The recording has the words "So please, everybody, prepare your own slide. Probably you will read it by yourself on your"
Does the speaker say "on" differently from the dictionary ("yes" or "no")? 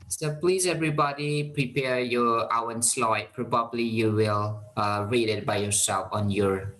no